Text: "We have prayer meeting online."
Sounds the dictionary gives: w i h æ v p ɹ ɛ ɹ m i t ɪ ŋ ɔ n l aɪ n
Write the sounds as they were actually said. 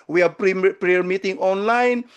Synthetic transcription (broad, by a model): w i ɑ p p ɹ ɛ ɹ m i t ɪ ŋ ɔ n l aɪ n